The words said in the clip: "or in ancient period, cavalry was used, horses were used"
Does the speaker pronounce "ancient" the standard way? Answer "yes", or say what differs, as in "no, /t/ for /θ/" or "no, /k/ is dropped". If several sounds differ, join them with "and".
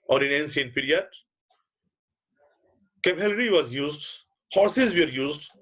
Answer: no, /s/ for /ʃ/